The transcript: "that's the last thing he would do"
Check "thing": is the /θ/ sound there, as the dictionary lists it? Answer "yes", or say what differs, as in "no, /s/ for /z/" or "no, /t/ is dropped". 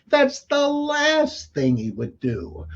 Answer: yes